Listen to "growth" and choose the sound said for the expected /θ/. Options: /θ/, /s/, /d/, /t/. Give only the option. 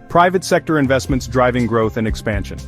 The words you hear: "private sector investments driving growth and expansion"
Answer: /θ/